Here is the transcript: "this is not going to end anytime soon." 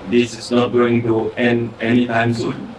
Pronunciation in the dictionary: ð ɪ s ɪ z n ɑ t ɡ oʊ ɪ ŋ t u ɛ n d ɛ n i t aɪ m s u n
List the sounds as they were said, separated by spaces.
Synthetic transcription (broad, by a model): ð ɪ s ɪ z n ɑ t ɡ oʊ ɪ ŋ t u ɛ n ɛ n i t aɪ m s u